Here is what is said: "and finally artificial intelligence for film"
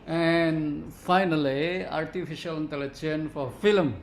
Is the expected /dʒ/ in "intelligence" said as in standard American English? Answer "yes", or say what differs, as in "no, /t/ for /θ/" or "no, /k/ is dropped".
no, /tʃ/ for /dʒ/